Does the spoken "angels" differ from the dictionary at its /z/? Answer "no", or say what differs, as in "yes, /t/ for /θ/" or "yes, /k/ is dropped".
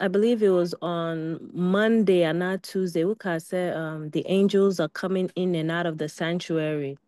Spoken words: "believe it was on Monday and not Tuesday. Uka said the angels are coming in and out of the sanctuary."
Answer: no